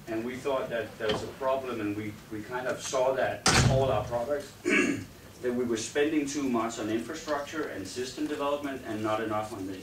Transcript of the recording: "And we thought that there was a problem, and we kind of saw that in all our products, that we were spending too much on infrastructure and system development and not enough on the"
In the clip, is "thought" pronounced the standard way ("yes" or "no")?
yes